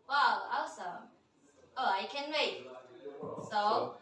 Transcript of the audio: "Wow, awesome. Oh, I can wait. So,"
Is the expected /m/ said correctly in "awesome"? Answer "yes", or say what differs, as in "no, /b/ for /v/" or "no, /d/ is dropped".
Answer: no, /m/ is dropped